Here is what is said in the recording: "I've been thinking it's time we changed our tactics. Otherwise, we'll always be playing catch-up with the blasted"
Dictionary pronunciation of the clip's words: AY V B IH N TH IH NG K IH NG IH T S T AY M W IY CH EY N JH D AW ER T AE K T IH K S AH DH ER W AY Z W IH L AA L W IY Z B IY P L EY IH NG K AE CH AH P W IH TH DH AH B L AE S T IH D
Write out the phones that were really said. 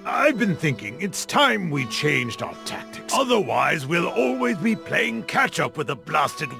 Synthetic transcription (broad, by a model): AY V B IH N TH IH NG K IH NG IH T S T AY M W IY CH EY N JH D AW ER T AE K T IH K S AH DH ER W AY Z W IH L AA L W IY Z B IY P L EY IH NG K AE CH AH P W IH DH AH B L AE S T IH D